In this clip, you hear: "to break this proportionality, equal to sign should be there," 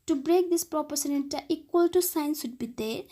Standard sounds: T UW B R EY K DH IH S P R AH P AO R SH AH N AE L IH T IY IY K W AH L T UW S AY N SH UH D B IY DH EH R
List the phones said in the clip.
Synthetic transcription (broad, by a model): T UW B R EY K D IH S P R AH P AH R S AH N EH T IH T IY IY K W AH L T UW S AY N S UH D B IY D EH